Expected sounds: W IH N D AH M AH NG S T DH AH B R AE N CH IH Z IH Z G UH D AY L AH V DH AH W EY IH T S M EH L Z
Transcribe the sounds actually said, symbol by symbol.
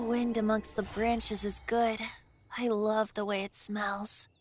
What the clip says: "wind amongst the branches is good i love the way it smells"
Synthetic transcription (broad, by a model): W IH N D AH M AH NG S T DH AH B R AE N CH IH Z IH Z G UH D AY L AH V DH AH W EY IH T S M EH L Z